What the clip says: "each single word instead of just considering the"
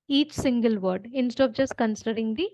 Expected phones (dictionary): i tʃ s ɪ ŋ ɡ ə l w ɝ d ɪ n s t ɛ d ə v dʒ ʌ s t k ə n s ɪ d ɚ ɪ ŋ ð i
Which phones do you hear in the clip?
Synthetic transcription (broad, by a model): i tʃ s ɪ ŋ ɡ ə l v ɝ d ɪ n s t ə p dʒ ʌ s t k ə n s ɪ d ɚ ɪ ŋ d i